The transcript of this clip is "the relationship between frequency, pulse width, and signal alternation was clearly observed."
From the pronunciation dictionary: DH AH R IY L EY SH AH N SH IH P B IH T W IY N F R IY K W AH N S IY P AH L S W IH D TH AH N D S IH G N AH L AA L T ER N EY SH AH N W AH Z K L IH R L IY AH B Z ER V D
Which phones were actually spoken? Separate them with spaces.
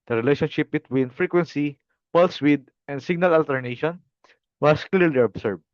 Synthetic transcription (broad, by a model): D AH R IY L EY SH AH N SH IH P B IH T W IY N F R IY K W AH N S IY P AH L S W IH D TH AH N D S IH G N AH L AA L T ER N EY SH AH N W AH S K L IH R L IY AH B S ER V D